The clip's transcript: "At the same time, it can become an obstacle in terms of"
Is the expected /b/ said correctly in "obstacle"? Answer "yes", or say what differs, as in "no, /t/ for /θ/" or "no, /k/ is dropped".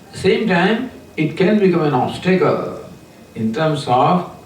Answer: no, /b/ is dropped